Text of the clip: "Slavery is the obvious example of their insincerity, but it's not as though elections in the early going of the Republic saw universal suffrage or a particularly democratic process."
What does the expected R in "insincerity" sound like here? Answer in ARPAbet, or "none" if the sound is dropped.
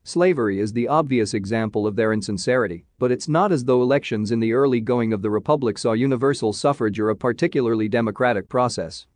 R